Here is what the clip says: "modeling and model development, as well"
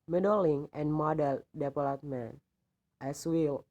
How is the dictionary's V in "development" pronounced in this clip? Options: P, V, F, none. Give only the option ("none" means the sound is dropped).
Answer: P